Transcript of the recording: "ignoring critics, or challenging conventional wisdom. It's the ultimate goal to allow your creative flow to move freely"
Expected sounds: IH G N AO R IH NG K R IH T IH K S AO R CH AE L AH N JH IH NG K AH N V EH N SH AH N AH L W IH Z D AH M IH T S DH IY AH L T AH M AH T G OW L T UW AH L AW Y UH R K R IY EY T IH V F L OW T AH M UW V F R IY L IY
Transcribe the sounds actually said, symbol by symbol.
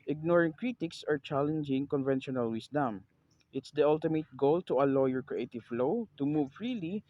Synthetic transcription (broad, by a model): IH G N AO R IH NG K R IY T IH K S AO R CH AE L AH N JH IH NG K AH N V EH N SH AH N AH L W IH S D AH M IH T S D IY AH L T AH M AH T G OW L T UW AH L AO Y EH R K R IY EY T IH V F L OW T AH M UW V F R IY L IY